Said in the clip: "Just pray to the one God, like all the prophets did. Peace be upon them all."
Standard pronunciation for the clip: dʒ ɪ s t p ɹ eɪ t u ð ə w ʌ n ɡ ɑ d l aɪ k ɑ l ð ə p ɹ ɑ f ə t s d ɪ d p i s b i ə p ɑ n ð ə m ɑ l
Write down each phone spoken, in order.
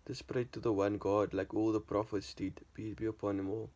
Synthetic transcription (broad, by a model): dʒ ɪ s p ɹ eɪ t u ð ə w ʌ n ɡ ɑ d l aɪ k ɑ l ð ə p ɹ ɑ f ə t s d ɪ d b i b i ə p ɑ n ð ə m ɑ l